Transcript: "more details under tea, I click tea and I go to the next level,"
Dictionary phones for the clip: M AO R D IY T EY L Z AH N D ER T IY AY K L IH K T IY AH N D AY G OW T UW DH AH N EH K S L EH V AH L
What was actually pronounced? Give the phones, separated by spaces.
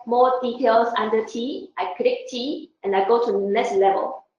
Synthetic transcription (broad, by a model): M AO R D IY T EY L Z AH N D ER T IY AY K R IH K T IY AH N AY G OW T UW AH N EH S L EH V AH L